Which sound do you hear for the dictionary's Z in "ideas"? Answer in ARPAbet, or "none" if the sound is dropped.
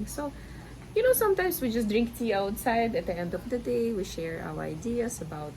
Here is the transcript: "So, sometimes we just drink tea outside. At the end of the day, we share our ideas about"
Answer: S